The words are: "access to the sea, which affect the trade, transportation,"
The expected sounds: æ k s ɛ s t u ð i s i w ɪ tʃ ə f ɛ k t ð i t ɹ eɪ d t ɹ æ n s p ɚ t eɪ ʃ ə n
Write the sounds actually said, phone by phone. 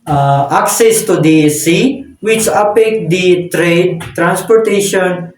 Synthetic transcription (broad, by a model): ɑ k s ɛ s t u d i s i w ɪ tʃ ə p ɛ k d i t ɹ eɪ d t ɹ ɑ n s p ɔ t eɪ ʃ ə n